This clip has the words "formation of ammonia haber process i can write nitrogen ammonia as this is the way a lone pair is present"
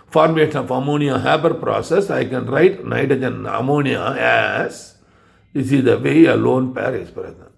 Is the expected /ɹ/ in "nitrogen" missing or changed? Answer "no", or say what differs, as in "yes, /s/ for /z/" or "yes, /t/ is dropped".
yes, /ɹ/ is dropped